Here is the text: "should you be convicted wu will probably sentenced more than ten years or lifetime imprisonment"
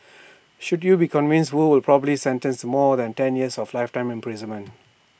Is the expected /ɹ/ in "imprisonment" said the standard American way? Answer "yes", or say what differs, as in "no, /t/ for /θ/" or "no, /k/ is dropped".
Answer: yes